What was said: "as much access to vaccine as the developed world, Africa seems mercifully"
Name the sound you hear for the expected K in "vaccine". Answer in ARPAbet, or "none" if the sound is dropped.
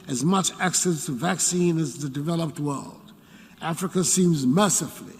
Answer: K